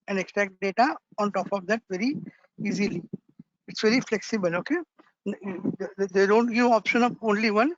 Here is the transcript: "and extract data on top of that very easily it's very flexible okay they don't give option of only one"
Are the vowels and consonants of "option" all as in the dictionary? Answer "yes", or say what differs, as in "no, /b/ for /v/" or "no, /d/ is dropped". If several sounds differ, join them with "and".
yes